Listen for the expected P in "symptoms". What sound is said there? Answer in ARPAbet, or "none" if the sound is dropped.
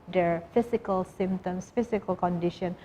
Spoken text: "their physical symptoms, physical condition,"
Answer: none